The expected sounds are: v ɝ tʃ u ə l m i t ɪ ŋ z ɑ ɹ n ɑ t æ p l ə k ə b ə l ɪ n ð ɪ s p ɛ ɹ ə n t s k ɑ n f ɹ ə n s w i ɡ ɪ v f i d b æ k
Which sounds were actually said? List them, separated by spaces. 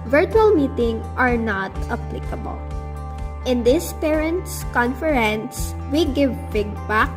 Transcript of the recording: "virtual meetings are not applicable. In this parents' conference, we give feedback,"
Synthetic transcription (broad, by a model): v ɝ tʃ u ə l m i t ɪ ŋ ɑ ɹ n ɑ t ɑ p l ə k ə b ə l ɪ n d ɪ s p ɛ ɹ ə n t s k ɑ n f ɹ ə n s w i ɡ ɪ v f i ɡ b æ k